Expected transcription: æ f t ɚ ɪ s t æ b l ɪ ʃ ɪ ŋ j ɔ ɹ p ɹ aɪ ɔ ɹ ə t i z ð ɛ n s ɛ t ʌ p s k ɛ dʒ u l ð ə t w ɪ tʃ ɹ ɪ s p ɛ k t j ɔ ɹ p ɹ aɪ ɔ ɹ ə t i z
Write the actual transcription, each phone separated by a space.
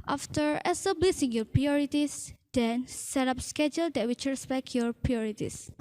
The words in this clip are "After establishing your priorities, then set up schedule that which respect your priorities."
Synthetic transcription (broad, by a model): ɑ f t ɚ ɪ s t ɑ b l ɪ s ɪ ŋ j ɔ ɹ p ɹ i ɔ ɹ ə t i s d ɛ n s ɛ t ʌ p s k ɛ dʒ u l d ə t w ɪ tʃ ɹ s b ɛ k j ɔ ɹ p ɹ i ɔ ɹ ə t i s